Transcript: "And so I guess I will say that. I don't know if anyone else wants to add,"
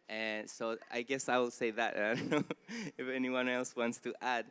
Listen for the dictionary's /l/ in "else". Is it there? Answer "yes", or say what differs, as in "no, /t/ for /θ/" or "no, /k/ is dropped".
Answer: yes